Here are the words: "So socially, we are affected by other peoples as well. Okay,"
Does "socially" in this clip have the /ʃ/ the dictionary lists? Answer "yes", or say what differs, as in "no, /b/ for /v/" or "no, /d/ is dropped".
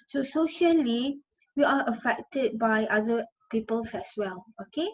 yes